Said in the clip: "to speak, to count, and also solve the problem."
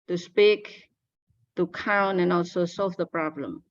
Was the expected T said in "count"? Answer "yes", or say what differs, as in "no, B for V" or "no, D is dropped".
no, T is dropped